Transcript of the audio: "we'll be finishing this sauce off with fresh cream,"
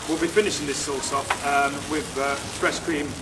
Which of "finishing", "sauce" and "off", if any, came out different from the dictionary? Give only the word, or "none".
off